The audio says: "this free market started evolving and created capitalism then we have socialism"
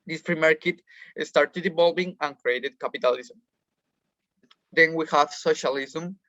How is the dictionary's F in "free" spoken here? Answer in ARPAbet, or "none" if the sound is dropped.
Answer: P